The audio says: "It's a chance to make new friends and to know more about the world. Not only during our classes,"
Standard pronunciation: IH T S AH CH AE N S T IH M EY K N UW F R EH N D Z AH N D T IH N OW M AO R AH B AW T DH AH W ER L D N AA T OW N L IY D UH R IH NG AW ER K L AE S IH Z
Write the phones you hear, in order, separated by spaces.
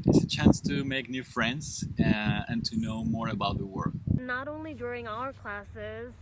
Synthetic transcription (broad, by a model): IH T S AH CH AE N S T IH M EY K N UW F R EH N D Z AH N T IH N OW M AO R AH B AW T DH AH W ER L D N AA T OW N L IY D UH R IH NG AW ER K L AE S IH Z